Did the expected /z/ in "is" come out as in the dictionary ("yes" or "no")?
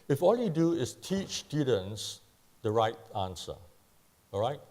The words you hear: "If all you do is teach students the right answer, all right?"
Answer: no